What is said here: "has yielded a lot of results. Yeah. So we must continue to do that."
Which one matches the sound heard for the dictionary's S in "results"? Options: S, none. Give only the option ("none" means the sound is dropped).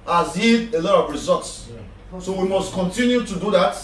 S